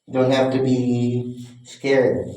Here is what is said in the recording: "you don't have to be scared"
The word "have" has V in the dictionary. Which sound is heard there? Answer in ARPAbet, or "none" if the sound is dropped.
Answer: F